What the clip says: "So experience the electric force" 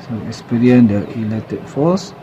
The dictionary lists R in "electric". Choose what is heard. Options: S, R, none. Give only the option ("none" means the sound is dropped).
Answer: none